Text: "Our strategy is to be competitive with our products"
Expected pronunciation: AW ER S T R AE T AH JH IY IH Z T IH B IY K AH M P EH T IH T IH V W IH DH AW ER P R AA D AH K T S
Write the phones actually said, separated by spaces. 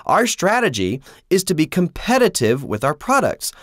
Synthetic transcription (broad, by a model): AW ER S T R AE T AH JH IY IH Z T IH B IY K AH M P EH T IH T IH V W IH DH AW ER P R AA D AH K T S